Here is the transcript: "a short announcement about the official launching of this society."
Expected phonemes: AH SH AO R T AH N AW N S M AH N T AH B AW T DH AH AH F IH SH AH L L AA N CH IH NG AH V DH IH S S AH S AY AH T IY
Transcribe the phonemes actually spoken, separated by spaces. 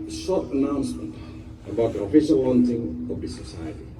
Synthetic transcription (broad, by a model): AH S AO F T AH N AW N S M AH N T AH B AW T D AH AH F IH SH AH L W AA N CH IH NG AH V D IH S S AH S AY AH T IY